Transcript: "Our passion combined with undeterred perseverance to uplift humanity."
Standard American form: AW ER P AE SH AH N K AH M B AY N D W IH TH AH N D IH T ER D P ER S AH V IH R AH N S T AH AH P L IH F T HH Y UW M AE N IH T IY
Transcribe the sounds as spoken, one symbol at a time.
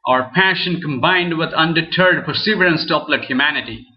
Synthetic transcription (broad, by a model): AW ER P AE SH AH N K AH M B AY N D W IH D AH N D IH T ER D P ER S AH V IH R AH N S T AH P L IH T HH Y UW M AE N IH T IY